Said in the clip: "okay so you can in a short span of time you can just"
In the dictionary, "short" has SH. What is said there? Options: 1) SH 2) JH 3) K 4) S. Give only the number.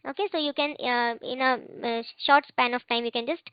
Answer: 1